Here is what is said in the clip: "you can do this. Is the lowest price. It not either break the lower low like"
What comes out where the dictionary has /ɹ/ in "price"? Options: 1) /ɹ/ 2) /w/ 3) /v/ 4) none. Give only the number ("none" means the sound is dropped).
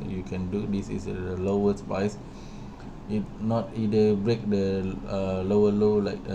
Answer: 4